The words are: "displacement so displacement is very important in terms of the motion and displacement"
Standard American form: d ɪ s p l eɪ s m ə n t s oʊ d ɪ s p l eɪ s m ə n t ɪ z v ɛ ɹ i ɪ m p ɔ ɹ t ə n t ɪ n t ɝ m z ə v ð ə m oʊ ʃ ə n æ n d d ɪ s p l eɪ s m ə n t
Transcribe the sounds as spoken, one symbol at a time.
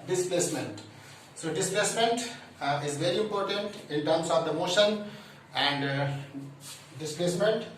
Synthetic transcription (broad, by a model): d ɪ s p l eɪ s m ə n t s oʊ d ɪ s p l eɪ s m ə n t ɪ z v ɛ ɹ i ɪ m p ɔ ɹ t ə n t ɪ n t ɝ m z ə v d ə m oʊ ʃ ə n æ n d d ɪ s p l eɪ s m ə n t